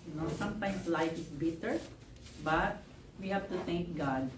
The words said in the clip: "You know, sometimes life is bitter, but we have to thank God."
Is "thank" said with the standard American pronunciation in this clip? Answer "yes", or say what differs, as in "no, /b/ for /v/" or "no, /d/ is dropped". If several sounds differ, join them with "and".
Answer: no, /t/ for /θ/